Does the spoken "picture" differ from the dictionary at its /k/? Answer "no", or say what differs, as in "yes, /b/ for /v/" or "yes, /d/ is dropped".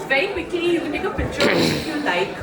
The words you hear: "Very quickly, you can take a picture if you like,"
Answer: yes, /k/ is dropped